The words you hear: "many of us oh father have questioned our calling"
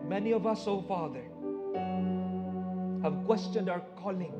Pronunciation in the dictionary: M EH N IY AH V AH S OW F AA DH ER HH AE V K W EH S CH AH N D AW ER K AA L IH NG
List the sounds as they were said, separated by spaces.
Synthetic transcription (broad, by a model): M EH N IY AH V AH S OW F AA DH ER HH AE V K W EH S CH AH N D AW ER K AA L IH NG